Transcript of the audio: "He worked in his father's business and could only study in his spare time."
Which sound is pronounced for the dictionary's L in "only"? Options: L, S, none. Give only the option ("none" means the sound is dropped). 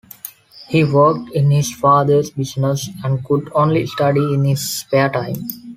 L